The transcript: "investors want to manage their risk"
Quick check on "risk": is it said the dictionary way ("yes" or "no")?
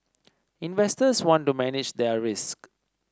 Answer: yes